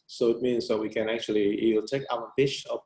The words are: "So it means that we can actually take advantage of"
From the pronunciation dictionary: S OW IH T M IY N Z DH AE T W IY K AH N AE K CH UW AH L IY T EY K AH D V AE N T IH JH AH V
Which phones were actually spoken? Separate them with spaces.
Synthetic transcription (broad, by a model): S OW IH T M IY N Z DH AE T W IY K AH N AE K CH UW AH L IY T EY K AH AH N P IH CH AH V